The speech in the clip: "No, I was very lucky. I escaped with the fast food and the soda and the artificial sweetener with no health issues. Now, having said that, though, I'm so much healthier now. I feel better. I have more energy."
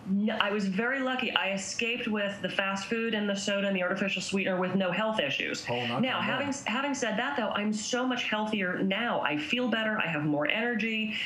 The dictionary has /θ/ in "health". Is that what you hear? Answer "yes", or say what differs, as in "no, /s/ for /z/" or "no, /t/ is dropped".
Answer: yes